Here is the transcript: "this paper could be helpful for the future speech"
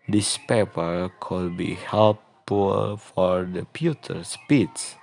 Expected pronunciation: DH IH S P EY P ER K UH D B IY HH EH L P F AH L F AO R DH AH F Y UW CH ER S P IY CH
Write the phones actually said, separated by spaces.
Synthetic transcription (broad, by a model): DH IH S P EY P ER K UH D B IY HH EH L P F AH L F AO R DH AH P Y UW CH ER S P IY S